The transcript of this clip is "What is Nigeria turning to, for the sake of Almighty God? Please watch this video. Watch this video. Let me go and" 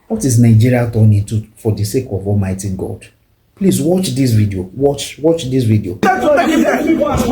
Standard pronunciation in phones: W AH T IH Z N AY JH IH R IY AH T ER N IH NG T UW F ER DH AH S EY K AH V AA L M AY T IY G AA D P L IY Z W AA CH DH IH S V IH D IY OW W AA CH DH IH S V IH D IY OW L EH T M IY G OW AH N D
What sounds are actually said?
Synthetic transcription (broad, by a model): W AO T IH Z N AY JH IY R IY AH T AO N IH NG T UW F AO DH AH S EY K AH V AA L M AY T IY G AA D P L IY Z W AA CH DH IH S V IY D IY OW W AA CH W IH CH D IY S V IY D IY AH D